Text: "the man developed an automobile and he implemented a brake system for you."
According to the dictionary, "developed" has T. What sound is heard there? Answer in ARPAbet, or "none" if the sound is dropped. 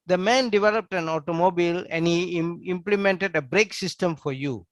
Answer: T